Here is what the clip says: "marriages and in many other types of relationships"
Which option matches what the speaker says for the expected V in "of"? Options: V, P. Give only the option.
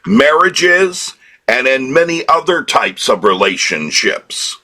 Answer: V